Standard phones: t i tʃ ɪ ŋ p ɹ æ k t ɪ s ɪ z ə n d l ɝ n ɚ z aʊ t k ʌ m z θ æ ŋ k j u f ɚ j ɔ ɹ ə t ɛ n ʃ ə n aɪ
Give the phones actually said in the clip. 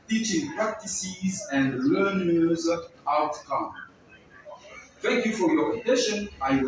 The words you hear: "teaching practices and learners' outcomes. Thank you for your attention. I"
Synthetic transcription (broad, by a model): t i tʃ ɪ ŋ p ɹ æ k t ɪ s ɪ z ə n d l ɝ n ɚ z aʊ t k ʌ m θ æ ŋ k j u f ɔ j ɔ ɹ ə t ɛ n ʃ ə n aɪ